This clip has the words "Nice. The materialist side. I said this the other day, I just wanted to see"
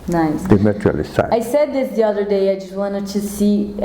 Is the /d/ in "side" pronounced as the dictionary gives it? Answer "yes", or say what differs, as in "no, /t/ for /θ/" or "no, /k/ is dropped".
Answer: no, /d/ is dropped